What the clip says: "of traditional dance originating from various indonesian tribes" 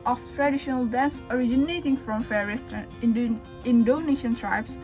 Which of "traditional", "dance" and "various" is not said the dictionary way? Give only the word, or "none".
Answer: various